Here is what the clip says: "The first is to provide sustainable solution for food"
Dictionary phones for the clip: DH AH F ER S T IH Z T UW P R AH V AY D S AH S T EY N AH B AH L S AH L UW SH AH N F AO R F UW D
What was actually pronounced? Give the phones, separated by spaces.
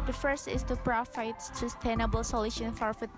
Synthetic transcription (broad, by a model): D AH F ER S T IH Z T UW P R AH F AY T S AH S T EY N AH B AH L S AH L UW SH AH N F AO R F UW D